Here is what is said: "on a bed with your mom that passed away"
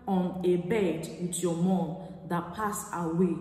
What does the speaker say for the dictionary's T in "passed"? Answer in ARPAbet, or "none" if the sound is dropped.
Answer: none